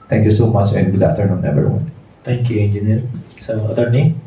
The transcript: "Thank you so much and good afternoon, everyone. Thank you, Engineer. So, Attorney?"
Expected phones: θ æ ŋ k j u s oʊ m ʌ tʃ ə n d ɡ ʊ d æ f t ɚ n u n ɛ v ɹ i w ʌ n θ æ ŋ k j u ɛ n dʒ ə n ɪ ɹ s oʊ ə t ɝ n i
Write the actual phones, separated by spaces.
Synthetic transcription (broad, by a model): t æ ŋ k j u s oʊ m ʌ tʃ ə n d ɡ ʊ d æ f t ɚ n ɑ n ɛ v i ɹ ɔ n t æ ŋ k j u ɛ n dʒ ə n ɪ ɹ s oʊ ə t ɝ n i